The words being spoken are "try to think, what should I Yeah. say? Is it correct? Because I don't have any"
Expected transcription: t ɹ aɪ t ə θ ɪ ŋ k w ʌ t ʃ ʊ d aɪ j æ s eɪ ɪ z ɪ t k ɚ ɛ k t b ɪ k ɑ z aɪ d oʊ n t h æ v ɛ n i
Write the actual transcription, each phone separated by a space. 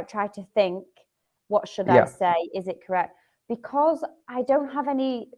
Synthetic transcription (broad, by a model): t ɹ aɪ t ə θ ɪ ŋ k w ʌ t ʃ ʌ d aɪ s eɪ ɪ z ɪ t k ɚ ɛ k t b ɪ k ɑ z aɪ d oʊ n t h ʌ v ɛ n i